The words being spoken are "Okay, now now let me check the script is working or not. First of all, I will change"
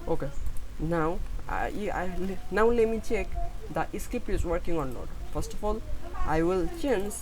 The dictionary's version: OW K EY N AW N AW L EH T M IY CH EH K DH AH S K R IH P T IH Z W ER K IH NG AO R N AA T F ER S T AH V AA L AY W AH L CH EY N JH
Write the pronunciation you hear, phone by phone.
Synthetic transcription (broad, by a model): OW K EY N AW N AW L EH T M IY CH EH K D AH S K IH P IH Z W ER K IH NG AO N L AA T F ER S T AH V AA L AY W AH L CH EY N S